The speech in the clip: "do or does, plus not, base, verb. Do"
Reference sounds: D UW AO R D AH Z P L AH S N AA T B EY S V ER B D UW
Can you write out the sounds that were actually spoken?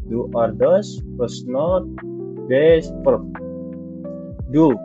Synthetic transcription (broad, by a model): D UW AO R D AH S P AH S N AA T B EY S P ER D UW